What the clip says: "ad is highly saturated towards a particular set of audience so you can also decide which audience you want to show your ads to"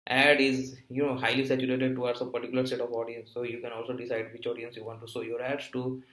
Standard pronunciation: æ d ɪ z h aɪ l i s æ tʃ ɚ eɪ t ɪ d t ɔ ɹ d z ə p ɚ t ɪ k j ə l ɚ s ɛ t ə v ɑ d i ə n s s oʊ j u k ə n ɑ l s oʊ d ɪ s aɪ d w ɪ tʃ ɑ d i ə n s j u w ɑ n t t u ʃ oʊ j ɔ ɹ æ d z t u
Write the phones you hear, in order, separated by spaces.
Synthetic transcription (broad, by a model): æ d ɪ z h aɪ l i s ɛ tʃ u eɪ t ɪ d t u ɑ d s ə p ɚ t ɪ k j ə l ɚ s ɛ t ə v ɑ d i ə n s s oʊ j u k ə n ɑ l s oʊ d ɪ s aɪ d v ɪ tʃ ɑ d i ə n s j u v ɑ n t t u s oʊ j ɔ ɹ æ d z t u